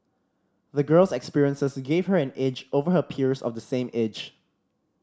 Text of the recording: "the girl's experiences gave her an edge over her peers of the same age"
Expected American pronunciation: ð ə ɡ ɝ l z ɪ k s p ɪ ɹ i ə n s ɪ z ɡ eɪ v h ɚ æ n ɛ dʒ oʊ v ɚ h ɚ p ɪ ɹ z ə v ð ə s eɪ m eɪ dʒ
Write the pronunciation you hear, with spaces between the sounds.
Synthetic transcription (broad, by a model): ð ə ɡ ɝ l s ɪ k s p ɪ ɹ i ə n s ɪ s ɡ eɪ v h ɚ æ n ɛ dʒ oʊ v ɚ h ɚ p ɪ ɹ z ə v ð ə s eɪ m eɪ dʒ